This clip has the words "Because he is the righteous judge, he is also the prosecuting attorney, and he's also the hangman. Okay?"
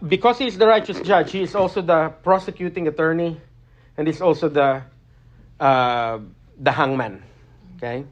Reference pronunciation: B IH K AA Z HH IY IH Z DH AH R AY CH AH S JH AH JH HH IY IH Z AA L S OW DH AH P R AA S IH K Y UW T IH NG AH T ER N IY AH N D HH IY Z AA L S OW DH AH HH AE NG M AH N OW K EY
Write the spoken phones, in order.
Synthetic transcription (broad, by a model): B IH K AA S HH IY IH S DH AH R AY CH AH S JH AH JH HH IY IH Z AA L S OW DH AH P R AA S IH K Y UW T IH NG AH T ER N IY AH N D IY S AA L S OW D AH HH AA NG M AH N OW K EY